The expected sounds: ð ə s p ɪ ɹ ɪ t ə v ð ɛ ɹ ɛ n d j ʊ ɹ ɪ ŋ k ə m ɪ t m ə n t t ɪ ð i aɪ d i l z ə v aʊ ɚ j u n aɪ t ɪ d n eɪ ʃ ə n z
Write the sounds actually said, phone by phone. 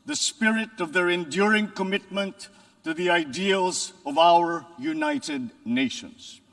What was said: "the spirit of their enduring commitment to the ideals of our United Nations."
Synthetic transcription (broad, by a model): ð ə s p ɪ ɹ ɪ t ə v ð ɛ ɹ ɛ n d j ʊ ɹ ɪ ŋ k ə m ɪ t m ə n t t ɪ ð i aɪ d i l z ə v aʊ ɚ j u n aɪ t ɪ d n eɪ ʃ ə n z